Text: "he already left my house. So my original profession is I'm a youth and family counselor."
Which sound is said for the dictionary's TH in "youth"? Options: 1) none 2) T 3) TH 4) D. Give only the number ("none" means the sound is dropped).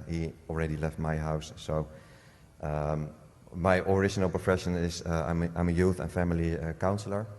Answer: 3